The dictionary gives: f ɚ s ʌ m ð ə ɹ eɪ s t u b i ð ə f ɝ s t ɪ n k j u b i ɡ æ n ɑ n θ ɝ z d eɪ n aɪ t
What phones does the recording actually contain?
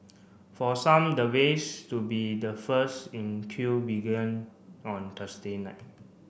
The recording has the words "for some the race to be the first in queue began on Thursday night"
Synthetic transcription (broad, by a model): f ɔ s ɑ m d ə w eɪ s t u b i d ə f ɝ s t ɪ n k j u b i ɡ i n ɑ n t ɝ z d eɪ n aɪ t